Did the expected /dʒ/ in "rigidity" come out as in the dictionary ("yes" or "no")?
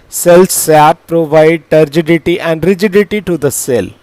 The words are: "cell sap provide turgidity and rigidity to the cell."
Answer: yes